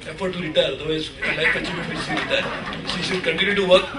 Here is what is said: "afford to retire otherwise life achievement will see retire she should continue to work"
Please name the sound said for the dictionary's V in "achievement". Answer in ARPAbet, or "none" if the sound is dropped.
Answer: none